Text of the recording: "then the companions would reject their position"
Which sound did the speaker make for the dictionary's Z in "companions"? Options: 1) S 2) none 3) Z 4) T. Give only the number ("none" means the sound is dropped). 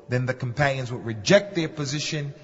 3